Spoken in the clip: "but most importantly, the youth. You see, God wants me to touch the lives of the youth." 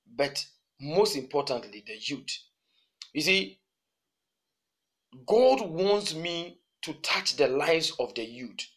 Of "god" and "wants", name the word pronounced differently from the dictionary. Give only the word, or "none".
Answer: none